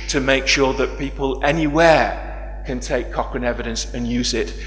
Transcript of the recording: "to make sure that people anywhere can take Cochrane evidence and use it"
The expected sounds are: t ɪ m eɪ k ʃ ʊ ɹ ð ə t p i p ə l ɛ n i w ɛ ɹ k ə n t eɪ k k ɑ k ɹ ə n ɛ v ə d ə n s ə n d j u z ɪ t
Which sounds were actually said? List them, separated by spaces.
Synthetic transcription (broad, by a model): t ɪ m eɪ k ʃ ʊ ɹ ð ə t p i p ə l ɛ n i w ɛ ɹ k ə n t eɪ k k ɑ k ɹ ə n ɛ v ə d ə n s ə n j u z ɪ t